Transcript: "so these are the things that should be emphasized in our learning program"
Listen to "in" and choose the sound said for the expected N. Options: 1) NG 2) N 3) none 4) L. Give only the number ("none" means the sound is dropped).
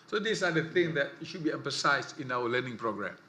2